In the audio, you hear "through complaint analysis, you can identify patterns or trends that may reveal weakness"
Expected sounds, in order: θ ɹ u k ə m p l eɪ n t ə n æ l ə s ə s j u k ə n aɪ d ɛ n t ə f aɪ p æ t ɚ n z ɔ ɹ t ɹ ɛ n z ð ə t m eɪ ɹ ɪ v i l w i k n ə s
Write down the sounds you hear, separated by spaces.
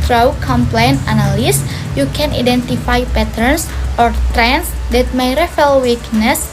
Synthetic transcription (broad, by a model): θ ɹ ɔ k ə m p l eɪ n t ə n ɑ l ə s s j u k ə n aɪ d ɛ n t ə f aɪ p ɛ t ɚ n s ɔ ɹ t ɹ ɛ n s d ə t m eɪ ɹ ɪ f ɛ l w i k n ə s